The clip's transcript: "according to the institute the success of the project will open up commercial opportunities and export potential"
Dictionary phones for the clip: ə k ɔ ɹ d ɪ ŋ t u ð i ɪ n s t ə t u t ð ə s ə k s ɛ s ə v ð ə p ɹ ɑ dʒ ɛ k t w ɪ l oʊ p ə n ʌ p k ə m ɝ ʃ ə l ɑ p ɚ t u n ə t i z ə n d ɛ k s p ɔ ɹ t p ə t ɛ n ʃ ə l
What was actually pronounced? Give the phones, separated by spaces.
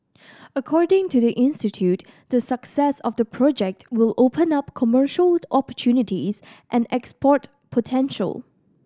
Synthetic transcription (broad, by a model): ə k ɔ ɹ d ɪ ŋ t u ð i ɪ n s t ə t u t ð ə s ə k s ɛ s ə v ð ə p ɹ ɑ dʒ ɛ k t w ɪ l oʊ p ə n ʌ p k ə m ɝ ʃ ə l ɑ p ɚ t u n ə t i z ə n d ɛ k s p ɔ ɹ t p ə t ɛ n ʃ ə l